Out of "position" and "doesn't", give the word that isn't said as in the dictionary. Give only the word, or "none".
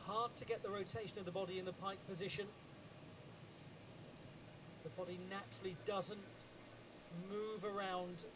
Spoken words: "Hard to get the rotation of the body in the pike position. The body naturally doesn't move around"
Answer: none